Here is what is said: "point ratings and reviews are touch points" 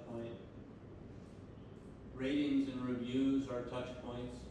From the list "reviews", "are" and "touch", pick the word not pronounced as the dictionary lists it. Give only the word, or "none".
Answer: none